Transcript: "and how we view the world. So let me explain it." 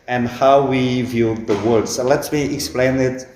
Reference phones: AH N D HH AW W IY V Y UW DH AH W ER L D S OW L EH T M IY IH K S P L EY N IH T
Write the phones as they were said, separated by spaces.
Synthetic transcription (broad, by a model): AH N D HH AW W IY V Y UW DH AH W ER D S OW L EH T M IY IH K S P L EY N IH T